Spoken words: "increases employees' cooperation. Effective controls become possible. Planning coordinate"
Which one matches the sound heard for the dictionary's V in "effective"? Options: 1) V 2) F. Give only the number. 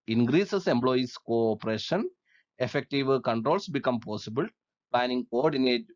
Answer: 1